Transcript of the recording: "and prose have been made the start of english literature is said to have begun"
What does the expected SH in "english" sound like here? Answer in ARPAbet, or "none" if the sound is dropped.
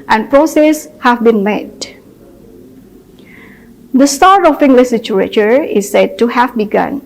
S